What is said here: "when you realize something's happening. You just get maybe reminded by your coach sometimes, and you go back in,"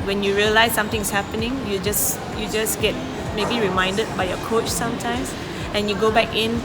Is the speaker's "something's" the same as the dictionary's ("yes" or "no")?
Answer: no